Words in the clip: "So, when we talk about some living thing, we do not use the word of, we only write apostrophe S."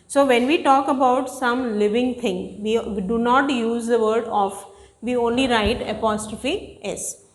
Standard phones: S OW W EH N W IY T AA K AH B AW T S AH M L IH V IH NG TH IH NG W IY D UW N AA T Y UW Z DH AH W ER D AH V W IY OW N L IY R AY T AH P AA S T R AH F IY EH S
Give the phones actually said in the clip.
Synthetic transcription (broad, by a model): S OW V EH N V IY T AA K AH B AW T S AH M L IH V IH NG T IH NG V IY D UW N AA T Y UW Z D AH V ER D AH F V IY OW N L IY R AY T AH P AA S T R AH F IY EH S